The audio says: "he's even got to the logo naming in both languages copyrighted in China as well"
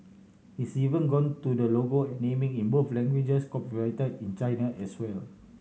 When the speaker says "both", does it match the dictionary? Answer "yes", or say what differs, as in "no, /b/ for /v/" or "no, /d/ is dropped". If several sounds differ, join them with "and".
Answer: no, /f/ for /θ/